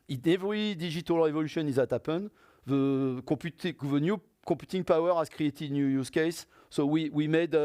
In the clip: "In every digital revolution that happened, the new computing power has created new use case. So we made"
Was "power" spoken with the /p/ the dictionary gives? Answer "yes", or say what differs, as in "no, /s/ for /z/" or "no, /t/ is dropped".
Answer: yes